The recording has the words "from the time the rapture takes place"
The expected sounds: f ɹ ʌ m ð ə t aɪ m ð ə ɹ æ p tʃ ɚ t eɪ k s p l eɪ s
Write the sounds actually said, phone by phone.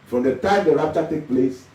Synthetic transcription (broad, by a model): f ɹ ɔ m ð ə t aɪ m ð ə ɹ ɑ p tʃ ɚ t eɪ k p l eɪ s